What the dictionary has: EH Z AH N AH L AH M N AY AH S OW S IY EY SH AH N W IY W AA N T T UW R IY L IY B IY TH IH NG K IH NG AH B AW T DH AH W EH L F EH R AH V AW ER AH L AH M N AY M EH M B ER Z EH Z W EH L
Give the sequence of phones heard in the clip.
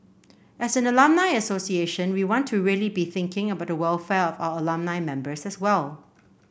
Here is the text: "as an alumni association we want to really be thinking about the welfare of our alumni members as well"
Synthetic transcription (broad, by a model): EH S AH N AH L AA M N AY AH S OW S IY EY SH AH N W IY W AA N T T UW R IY L IY B IY TH IH NG K IH NG AH B AW T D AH W EH L F EH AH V AW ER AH L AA M N AY M EH M B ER S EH S W EH L